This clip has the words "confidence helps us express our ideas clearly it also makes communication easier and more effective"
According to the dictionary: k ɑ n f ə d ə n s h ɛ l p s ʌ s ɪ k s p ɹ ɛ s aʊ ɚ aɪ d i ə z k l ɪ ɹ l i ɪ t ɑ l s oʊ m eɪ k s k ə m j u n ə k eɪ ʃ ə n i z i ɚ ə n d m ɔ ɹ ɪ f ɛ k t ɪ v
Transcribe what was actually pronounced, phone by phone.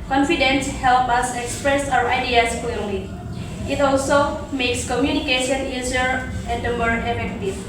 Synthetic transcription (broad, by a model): k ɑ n f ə d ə n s h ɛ l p ʌ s ɪ k s p ɹ ɛ s aʊ ɚ aɪ d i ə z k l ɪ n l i ɪ t ɑ l s oʊ m eɪ k s k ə m j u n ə k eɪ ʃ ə n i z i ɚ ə n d m ɔ ɹ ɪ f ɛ k t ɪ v